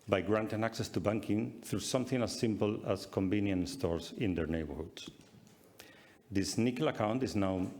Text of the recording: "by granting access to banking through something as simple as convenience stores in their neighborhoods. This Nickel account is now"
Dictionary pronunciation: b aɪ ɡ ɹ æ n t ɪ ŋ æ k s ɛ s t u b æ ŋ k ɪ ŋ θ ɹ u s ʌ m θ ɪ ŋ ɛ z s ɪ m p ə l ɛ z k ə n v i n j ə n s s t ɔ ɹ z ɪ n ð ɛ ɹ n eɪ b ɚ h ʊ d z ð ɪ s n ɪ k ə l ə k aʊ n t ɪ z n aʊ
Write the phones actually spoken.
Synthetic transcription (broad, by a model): b aɪ ɡ ɹ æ n t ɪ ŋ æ k s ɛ s t u b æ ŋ k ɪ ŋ θ ɹ u s ʌ m θ ɪ ŋ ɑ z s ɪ m p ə l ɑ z k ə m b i n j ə n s s t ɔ ɹ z ɪ n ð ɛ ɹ n eɪ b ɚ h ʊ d s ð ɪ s n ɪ k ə l ə k aʊ n t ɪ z n aʊ